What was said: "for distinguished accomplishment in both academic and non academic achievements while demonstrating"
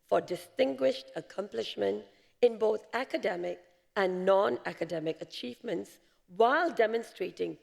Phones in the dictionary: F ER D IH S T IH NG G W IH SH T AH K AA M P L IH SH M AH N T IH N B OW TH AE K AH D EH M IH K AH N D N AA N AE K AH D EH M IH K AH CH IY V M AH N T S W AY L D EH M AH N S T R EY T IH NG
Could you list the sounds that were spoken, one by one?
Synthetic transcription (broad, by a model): F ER D IH S T IH NG G W IH SH T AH K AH M P L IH SH M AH N T IH N B OW TH AE K AH D EH M IH K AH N N AA N AE K AH D EH M IH K AH CH IY V M AH N T S W AY L D EH M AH N S T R EY T IH NG